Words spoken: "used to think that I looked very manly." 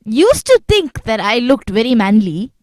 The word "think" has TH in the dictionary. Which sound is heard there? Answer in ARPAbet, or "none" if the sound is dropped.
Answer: T